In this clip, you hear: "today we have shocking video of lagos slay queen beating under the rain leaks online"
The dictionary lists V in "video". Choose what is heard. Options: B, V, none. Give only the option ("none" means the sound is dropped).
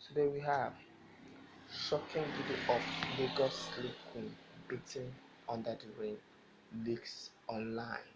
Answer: B